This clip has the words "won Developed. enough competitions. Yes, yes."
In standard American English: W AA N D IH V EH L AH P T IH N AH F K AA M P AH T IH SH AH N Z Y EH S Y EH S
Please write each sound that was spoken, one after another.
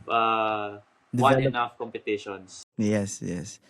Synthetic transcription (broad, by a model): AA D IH W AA AH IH N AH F K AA M P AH T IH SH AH N S Y EH S Y EH S